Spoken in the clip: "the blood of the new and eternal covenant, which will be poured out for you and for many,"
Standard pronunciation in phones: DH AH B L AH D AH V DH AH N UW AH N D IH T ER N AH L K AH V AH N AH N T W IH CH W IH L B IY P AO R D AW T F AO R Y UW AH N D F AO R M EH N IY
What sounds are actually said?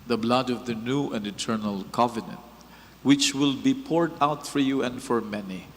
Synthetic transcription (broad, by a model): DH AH B L AH D AH V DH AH N UW AH N D IH T ER N AH L K AH V AH N AH N T W IH CH W IH L B IY P AO R D AW T F AO R Y UW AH N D F AO R M EH N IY